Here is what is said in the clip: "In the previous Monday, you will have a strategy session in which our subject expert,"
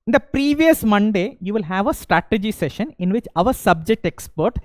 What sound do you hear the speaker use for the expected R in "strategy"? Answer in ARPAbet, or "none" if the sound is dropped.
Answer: R